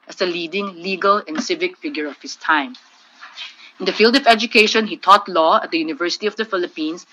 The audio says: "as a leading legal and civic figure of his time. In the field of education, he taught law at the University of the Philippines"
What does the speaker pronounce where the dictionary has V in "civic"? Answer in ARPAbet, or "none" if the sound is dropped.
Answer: V